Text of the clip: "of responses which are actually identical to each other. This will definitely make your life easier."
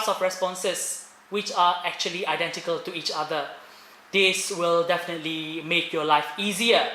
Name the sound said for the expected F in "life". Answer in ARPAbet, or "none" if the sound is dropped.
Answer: F